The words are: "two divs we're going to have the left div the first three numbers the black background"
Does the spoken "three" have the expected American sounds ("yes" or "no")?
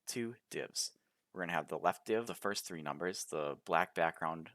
yes